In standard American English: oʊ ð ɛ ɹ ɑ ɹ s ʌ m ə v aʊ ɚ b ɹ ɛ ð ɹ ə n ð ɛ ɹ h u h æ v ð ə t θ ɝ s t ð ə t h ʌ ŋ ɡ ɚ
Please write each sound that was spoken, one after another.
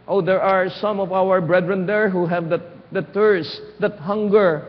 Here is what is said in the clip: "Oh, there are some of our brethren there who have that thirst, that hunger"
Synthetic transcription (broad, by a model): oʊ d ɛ ɹ ɑ ɹ s ʌ m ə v aʊ ɚ b ɹ ɛ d ɹ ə n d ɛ ɹ h u h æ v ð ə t t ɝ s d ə t h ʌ ŋ ɡ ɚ